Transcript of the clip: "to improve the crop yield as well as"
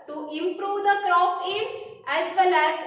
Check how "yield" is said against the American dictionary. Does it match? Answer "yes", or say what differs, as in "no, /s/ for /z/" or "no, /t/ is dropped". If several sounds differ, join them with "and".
no, /d/ is dropped